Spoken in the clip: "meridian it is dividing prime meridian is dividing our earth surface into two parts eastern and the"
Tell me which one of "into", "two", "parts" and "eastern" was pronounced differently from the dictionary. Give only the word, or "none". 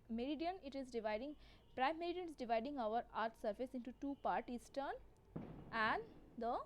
parts